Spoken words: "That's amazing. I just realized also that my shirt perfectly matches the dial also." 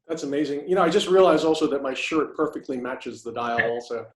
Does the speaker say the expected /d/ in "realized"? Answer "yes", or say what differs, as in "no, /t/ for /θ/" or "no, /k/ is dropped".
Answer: no, /d/ is dropped